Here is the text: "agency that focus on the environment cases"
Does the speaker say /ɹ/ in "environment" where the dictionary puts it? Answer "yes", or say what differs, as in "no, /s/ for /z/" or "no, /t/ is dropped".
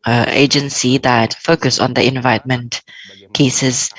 no, /ɹ/ is dropped